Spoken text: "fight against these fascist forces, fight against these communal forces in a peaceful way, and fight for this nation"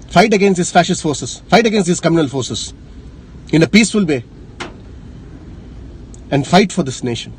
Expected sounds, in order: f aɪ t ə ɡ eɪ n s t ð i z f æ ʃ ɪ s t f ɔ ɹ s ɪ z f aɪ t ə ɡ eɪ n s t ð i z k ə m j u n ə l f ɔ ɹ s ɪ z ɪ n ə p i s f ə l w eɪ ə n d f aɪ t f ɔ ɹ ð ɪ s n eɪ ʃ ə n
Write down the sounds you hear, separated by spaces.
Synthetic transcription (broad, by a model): f aɪ t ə ɡ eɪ n s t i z f æ ʃ ɪ s t f ɔ ɹ s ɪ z f aɪ t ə ɡ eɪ n s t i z k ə m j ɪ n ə l f ɔ ɹ s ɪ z ɪ n ə p i s f ə l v eɪ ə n d f aɪ t f ɔ ɹ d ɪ s n eɪ ʃ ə n